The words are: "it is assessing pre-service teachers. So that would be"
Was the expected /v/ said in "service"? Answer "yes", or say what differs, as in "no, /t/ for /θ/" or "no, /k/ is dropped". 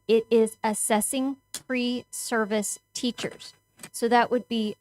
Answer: yes